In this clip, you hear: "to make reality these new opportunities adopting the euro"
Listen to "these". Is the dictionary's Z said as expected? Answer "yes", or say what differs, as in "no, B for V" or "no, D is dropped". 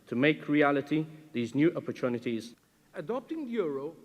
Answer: yes